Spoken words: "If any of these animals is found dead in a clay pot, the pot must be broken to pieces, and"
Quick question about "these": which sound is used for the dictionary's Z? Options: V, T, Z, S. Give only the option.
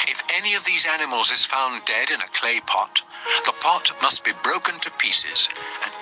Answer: Z